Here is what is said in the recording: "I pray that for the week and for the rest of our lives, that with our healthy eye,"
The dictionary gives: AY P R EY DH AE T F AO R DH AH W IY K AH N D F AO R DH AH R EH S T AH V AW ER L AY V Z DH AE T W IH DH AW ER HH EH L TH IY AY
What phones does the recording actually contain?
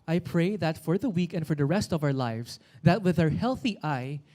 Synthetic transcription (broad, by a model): AY P R EY DH AE T F AO R DH AH W IY K AH N D F AO R DH AH R EH S T AH V AW ER L AY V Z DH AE T W IH DH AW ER HH EH L TH IY AY